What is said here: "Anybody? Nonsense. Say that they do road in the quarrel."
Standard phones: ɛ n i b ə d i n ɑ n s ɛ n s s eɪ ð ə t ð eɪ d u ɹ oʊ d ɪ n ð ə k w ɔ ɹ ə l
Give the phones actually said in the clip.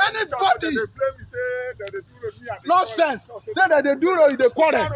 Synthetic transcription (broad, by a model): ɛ n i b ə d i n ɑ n s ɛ n s s eɪ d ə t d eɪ d u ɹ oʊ ɪ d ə k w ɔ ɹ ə